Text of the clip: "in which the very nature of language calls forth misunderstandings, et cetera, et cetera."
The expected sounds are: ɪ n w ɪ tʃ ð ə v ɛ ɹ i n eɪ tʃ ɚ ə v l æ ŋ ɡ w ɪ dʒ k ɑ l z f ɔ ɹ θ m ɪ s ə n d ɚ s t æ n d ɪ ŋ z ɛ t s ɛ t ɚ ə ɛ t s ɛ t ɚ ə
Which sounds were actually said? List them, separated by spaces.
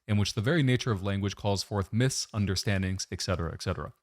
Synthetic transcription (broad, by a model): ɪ n w ɪ tʃ ð ə v ɛ ɹ i n eɪ tʃ ɚ ə v l æ ŋ ɡ w ɪ dʒ k ɑ l z f ɔ ɹ θ m ɪ s ə n d ɚ s t æ n d ɪ ŋ z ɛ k s ɛ t ɚ ə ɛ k s ɛ t ɚ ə